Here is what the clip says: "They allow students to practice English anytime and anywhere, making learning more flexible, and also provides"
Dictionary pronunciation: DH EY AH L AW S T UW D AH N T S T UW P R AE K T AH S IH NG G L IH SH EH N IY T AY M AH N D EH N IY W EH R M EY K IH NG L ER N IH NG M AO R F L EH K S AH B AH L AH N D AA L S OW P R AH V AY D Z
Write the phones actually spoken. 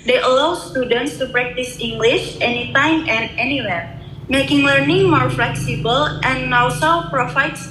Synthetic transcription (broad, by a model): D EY AH L AW S T UW D AH N T S T UW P R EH K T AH S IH NG G L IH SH EH N IY T AY M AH N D EH N IY W EH R M EY K IH NG L ER N IH NG M AO R F L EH K S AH B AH L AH N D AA W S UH P R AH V AY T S